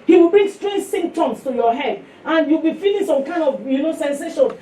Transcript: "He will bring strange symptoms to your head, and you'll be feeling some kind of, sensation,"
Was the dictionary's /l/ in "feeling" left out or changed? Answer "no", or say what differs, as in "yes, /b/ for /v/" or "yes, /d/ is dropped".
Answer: yes, /n/ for /l/